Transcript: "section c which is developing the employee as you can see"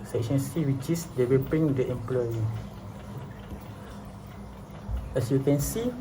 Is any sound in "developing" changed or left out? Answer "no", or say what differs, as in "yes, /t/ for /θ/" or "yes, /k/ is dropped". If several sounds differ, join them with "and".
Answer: yes, /w/ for /l/